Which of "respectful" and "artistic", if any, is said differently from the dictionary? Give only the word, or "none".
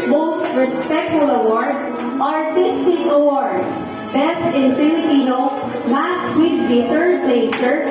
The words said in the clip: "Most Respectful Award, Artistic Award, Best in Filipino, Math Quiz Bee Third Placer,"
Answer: artistic